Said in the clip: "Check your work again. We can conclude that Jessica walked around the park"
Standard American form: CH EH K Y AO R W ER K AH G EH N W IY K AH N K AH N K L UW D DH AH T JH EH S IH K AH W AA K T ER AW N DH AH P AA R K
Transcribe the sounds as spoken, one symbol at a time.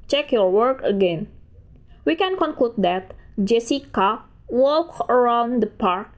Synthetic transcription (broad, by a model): CH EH K Y AO R W ER K AH G EH N W IY K AH N K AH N K L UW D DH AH T JH EH S IH K AH W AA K ER AW N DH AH P AA R K